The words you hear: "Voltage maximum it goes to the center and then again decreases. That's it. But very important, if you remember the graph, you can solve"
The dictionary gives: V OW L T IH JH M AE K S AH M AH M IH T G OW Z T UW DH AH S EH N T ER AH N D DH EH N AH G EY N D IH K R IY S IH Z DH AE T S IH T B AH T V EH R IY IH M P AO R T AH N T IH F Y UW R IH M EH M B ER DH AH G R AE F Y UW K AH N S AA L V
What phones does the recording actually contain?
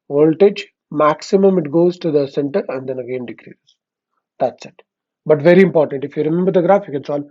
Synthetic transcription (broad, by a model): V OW L T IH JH M AE K S AH M AH M IH T G OW Z T UW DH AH S EH N T ER AH N D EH N AH G EY N D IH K R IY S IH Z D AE T S IH T B AH T V EH R IY IH M P AO R T AH N T IH F Y UW R IH M EH M B ER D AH G R AE F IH K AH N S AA L